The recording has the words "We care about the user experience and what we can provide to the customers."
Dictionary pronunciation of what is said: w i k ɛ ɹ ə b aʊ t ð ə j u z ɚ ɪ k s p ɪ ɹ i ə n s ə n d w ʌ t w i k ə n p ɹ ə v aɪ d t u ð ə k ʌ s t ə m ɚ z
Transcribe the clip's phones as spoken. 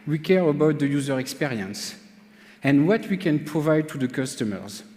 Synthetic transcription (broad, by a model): w i k ɛ ɹ ə b aʊ t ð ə j u z ɚ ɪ k s p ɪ ɹ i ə n s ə n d w ʌ t w i k ə n p ɹ ə v aɪ d t u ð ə k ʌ s t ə m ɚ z